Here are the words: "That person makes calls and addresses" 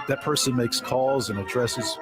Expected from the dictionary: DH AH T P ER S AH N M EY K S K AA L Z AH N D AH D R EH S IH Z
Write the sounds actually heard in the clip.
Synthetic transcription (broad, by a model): DH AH T P ER S AH N M EY K S K AA L Z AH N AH D R EH S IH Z